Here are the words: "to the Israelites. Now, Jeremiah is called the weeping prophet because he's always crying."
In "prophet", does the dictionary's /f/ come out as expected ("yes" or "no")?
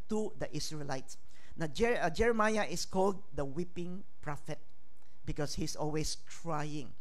yes